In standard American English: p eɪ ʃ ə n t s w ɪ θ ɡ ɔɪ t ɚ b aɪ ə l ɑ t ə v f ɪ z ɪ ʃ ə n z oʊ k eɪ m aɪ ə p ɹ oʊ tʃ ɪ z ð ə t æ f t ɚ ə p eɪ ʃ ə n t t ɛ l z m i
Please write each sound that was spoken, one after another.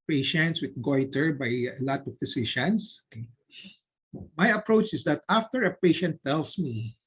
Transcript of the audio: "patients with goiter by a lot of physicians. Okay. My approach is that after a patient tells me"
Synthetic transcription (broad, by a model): p eɪ ʃ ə n t s w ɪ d ɡ ɔɪ t ɚ b aɪ ə l ɑ t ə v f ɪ s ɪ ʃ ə n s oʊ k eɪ m aɪ ə p ɹ oʊ tʃ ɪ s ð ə t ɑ f t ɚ ə p eɪ ʃ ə n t t ɛ l s m i